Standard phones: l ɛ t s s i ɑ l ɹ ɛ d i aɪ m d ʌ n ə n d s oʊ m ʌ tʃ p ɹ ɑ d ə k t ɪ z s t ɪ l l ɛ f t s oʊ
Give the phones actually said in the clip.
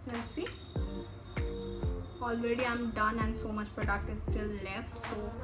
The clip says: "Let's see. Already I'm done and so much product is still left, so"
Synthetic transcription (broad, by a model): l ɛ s s i ɑ l ɹ ɛ d i aɪ m d ʌ n ə n d s oʊ m ʌ tʃ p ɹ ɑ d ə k t ɪ z s t ɪ l l ɛ f t s oʊ